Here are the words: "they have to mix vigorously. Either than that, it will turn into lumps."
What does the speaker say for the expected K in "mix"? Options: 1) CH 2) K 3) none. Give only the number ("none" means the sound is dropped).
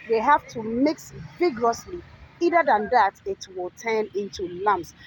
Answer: 2